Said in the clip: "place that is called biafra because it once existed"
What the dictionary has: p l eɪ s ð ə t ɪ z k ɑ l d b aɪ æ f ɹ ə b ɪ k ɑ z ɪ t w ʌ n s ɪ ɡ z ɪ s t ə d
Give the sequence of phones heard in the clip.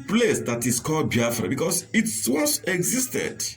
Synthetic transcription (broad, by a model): p l eɪ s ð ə t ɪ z k ɑ l d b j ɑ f ɹ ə b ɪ k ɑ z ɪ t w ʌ s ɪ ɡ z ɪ s t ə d